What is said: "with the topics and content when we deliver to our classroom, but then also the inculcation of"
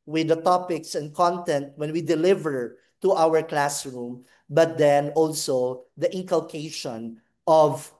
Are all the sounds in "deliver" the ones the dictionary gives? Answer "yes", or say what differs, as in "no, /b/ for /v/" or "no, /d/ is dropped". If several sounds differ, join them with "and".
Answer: yes